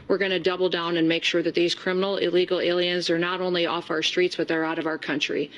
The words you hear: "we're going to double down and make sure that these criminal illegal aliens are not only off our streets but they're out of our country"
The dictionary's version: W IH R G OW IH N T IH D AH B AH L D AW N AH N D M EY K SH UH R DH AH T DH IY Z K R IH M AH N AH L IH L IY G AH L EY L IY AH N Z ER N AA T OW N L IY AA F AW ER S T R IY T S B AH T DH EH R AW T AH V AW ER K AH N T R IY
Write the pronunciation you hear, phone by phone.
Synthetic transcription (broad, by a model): W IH R G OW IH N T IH D AH B L D AW N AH N M EY K SH UH R DH AH T DH IY Z K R IH M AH N L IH L IY G L EY L IY AH N Z ER N AA T OW N L IY AA F AW ER S T R IY T S B AH T DH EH R AW T AH V AW ER K AH N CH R IY